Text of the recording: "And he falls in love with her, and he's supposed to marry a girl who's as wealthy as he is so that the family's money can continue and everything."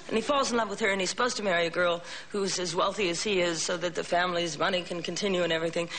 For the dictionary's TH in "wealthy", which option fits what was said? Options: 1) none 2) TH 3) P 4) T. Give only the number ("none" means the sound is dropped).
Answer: 2